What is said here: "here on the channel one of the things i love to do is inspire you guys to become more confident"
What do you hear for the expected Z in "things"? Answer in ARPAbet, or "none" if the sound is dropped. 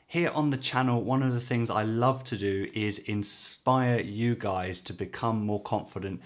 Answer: Z